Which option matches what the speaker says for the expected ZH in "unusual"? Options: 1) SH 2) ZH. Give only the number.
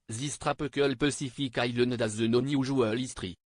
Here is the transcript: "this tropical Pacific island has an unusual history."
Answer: 2